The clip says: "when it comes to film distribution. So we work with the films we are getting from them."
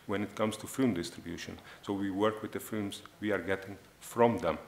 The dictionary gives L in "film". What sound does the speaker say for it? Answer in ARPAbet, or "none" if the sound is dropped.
none